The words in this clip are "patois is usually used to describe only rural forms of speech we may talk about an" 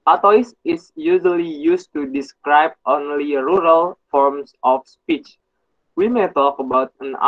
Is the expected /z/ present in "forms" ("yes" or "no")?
no